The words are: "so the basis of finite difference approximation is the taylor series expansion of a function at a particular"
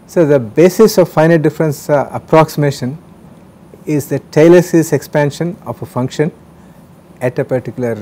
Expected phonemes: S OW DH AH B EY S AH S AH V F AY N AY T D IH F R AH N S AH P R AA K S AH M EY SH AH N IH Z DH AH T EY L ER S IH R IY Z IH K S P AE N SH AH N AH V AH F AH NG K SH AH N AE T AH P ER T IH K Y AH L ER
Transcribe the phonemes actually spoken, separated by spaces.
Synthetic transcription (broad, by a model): S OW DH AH B EY S AH S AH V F AY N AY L D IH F R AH N S AH P R AA K S AH M EY SH AH N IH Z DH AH T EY L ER S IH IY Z IH K S P AE N SH AH N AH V AH F AH NG K SH AH N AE T AH P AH T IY K Y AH L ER